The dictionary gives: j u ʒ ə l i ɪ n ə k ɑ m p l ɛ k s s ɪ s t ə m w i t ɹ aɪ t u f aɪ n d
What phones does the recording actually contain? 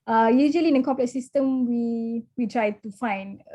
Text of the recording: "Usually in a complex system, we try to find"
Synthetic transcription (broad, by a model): j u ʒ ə l i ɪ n ə k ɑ p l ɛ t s s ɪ s t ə m w i t ɹ aɪ t u f aɪ n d